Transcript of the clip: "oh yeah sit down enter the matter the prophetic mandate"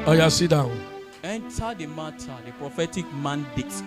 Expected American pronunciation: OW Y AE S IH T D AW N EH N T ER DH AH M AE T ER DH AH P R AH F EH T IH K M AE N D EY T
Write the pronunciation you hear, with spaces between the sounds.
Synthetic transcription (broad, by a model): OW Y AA S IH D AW EH N T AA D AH M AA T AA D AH P R AH F EH T IH K M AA N D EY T